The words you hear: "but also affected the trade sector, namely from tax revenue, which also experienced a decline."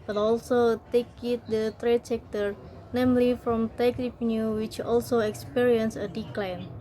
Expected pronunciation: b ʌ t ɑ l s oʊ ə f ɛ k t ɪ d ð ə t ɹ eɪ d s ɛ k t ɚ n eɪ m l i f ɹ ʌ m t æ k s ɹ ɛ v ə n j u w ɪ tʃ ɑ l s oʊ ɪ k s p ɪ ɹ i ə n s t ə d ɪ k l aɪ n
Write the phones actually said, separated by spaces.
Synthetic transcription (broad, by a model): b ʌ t ɑ l s oʊ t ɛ k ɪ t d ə t ɹ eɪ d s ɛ k t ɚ n eɪ m l i f ɹ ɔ m t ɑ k ɹ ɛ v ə n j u w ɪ tʃ ɑ l s oʊ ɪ k s p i ɹ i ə n s ə d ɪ k l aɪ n